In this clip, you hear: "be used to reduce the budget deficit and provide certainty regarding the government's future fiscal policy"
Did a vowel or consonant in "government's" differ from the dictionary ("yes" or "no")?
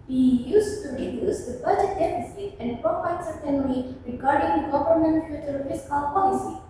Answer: yes